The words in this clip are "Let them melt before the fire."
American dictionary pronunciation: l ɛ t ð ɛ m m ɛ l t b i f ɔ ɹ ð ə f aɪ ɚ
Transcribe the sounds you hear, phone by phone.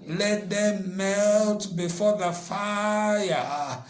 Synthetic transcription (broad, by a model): l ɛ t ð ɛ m m ɛ l t b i f ɔ ð ə f aɪ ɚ